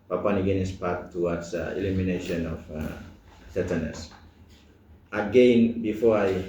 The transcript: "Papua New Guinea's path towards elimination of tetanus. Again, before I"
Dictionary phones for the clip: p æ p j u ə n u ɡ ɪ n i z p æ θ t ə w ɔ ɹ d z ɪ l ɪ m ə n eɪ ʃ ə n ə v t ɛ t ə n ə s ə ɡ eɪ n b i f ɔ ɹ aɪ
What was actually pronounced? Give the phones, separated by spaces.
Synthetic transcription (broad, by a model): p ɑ p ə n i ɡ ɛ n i s p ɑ t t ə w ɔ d s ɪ l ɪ m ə n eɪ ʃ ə n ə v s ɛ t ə n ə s ə ɡ eɪ n b i f ɔ ɹ aɪ